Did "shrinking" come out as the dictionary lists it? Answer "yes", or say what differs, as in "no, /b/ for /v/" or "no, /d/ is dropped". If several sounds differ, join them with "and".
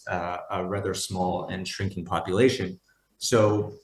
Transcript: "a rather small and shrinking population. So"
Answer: yes